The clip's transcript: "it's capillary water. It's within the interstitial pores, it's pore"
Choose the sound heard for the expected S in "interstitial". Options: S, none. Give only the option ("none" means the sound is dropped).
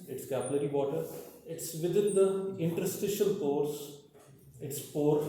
S